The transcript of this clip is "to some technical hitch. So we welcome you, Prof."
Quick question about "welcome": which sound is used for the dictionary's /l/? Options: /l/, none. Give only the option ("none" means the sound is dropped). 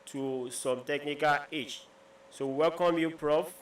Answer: /l/